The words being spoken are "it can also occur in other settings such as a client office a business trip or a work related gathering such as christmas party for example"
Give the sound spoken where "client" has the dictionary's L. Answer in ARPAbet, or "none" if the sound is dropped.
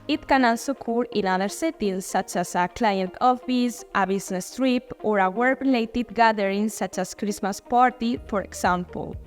L